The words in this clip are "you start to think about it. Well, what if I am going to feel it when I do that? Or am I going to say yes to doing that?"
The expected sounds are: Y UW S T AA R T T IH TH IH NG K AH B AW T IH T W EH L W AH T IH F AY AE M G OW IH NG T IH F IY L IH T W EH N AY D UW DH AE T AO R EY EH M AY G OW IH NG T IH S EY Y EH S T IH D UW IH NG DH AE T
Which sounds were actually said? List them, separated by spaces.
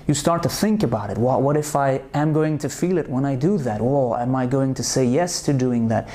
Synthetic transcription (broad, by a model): Y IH S T AA R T T IH TH IH NG K AH B AW T IH T W EH L W AH T IH F AY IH M G OW IH NG T IH F IY L IH T W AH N AY D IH DH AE T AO L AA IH M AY G OW IH NG T IH S EY Y EH S T IH D UW IH NG DH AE T